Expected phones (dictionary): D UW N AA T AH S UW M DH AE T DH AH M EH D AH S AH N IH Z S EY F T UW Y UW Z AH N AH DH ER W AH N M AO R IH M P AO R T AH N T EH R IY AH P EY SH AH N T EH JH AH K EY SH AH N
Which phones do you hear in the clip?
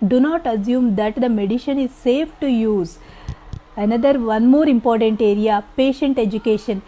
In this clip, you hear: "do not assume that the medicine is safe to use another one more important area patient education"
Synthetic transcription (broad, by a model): D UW N AA T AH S UW M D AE T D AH M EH D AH SH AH N IH Z S EY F T UW Y UW Z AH N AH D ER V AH N M AO R IH M P AO R T AH N T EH R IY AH P EY SH AH N T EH JH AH K EY SH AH N